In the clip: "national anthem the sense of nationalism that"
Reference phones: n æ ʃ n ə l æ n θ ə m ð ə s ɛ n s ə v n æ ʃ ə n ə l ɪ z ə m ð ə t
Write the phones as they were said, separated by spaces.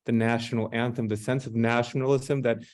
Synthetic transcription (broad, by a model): n æ ʃ n l æ n θ ə m ð ə s ɛ n s ə v n æ ʃ n l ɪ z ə m ð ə t